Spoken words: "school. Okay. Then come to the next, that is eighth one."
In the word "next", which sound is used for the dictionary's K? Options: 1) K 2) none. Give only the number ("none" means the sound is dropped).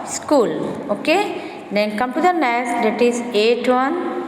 2